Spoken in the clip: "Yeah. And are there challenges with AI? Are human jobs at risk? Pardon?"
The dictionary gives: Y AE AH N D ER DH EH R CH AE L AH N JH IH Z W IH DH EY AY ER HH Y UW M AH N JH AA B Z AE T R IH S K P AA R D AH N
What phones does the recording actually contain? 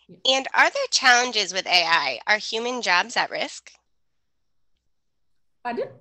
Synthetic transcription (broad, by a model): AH N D ER DH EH R CH AE L AH N JH IH Z W IH DH EY AY ER HH Y UW M AH N JH AA B Z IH T R IH S K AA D